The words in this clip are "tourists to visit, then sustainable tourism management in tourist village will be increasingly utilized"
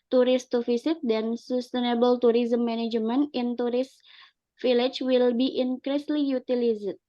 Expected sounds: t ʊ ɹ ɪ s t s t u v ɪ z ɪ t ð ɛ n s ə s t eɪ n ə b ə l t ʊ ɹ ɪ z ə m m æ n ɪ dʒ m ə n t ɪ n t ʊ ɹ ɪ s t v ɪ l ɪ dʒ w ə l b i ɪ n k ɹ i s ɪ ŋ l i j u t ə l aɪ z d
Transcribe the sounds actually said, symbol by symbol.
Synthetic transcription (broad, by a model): t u ɹ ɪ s s t u f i s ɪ t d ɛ n s ə s t eɪ n ə b ə l t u ɹ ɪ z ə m m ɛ n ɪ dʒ m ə n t ɪ n t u ɹ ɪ s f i l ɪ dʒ w ə l b i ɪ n k ɹ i s l i j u t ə l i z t